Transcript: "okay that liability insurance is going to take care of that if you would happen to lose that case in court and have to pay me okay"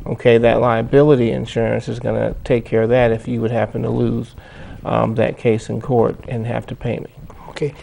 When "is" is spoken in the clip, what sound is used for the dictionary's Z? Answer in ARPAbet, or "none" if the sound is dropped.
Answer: Z